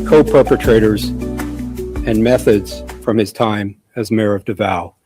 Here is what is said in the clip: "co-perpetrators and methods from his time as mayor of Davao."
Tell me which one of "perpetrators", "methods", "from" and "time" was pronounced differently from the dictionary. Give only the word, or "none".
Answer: none